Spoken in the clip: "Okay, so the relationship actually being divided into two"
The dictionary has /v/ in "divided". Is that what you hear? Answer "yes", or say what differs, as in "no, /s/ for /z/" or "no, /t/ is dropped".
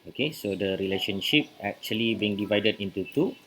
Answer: yes